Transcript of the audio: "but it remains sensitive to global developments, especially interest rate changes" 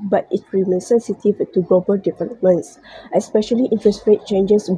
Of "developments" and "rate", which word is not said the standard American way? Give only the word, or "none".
developments